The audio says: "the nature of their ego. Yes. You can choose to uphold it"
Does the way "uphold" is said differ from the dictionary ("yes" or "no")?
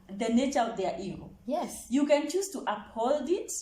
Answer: no